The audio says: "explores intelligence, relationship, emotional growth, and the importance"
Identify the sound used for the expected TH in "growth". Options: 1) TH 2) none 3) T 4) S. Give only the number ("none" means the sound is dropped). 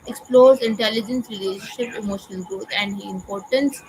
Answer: 3